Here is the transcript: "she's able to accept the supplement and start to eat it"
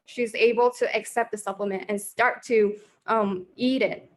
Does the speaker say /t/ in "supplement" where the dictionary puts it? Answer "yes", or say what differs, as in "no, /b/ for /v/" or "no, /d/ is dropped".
yes